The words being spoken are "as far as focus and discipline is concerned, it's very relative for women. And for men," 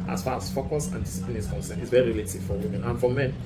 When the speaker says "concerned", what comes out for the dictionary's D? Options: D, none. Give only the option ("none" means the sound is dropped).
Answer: none